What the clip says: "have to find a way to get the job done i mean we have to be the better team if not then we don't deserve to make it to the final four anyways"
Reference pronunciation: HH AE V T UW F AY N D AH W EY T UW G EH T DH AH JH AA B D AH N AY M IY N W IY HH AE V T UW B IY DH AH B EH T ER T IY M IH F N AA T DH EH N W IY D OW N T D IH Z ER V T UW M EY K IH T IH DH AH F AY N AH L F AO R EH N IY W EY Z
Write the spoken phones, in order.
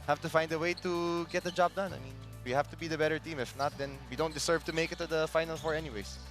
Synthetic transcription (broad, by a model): HH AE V T UW F AY N D AH W EY T UW G EH T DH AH JH AA B D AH N AY M IY N W IY HH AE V T UW B IY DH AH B EH T ER T IY M IH F N AA T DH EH N W IY D OW N T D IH S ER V T UW M EY K IH T IH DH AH F AY N AH L F AO R EH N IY W EY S